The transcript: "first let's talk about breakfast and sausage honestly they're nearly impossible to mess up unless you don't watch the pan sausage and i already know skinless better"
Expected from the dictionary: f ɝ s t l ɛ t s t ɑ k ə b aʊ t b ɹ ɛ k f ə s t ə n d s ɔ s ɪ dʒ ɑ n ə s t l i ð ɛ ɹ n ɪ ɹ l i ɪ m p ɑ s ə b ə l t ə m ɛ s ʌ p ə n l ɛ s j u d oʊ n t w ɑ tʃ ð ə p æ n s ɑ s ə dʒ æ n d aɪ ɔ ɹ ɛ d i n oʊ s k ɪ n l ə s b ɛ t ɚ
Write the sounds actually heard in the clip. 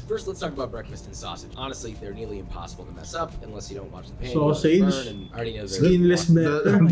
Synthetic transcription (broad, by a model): f ɝ s t l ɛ t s t ɑ k ə b aʊ t b ɹ ɛ k f ə s t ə n s ɔ s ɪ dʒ ɑ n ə s t l i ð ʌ ɹ n ɪ ɹ l i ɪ m p ɑ s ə b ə l t ə m ɛ s ʌ p ə n l ɛ s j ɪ d oʊ n t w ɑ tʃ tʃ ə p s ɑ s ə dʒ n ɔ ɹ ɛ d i n oʊ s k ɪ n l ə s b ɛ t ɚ